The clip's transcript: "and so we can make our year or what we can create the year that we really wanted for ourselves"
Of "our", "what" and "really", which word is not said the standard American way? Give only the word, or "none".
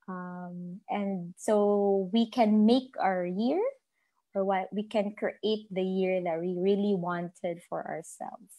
none